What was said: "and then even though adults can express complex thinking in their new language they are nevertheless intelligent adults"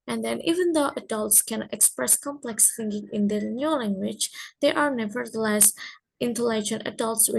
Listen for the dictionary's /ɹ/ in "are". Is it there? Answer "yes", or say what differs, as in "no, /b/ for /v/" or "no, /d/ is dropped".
yes